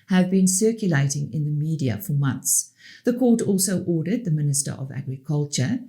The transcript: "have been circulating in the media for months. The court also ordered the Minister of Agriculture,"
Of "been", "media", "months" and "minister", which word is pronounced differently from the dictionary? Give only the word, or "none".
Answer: none